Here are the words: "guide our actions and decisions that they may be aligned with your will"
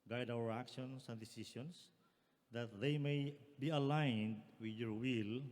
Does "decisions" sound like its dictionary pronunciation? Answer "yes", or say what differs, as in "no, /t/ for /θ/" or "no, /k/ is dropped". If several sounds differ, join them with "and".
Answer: no, /s/ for /ʒ/